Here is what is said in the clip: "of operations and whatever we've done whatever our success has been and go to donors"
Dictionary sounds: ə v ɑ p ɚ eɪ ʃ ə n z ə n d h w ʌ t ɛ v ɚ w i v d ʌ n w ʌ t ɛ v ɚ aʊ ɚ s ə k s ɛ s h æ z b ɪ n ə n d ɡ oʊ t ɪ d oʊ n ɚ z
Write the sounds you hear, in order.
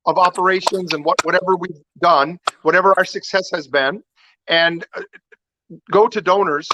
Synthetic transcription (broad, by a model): ə v ɑ p ɚ eɪ ʃ ə n z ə n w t w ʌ t ɛ v ɚ w i v d ʌ n w ʌ t ɛ v ɚ aʊ ɚ s ə k s ɛ s h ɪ z b ɪ n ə n ɡ oʊ t ɪ d oʊ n ɚ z